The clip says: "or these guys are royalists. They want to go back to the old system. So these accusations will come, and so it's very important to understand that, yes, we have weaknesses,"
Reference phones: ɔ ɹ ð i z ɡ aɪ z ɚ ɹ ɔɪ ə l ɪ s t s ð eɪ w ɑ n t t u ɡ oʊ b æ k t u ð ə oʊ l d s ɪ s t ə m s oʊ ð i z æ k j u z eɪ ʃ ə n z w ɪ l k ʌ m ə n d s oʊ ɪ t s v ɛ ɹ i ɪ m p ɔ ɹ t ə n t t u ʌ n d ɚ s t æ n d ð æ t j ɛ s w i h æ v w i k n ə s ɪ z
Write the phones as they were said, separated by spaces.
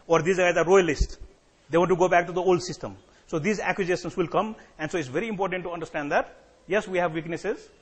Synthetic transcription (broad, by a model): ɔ ɹ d i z ɡ aɪ z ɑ ɹ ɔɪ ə l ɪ s t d eɪ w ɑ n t t u ɡ oʊ b æ k t u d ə oʊ l d s ɪ s t ə m s oʊ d i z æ k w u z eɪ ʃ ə n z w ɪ l k ʌ m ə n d s oʊ ɪ t s v ɛ ɹ i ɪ m p ɔ ɹ t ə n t t u ʌ n d ɚ s t æ n d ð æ t j ɛ s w i h æ v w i k n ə s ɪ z